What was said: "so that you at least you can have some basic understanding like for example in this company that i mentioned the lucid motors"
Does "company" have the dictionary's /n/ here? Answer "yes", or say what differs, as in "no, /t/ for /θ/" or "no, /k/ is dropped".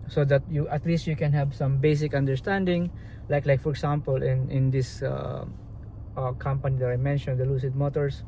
yes